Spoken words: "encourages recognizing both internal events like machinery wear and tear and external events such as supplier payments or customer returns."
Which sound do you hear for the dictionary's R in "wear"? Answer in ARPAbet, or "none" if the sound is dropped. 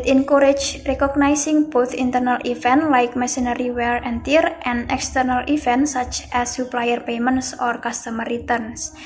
L